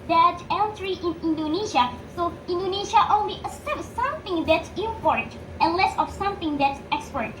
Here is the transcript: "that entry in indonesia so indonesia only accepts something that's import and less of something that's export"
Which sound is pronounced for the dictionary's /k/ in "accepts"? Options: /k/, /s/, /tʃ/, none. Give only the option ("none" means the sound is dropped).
none